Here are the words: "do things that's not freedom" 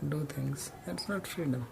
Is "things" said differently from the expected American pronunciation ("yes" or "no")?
yes